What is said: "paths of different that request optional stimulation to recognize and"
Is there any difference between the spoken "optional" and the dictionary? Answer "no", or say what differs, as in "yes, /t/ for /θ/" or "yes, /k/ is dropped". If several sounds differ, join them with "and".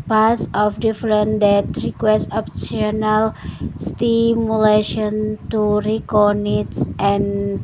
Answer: yes, /s/ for /ʃ/